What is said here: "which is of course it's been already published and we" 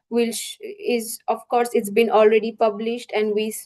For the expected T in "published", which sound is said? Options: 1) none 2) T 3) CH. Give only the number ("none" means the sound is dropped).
2